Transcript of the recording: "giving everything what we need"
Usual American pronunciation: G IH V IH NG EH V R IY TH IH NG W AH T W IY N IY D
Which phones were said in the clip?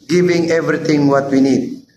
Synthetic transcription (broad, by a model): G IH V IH NG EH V R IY T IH NG W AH T W IY N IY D